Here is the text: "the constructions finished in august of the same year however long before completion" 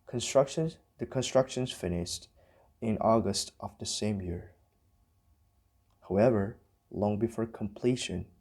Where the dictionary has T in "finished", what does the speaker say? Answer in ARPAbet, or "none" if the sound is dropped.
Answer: T